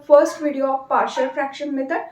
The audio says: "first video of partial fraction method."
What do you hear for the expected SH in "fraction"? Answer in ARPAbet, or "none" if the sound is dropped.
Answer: SH